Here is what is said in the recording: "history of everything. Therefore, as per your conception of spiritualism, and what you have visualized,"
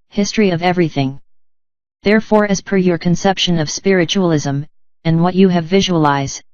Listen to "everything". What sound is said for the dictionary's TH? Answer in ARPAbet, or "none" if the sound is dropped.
TH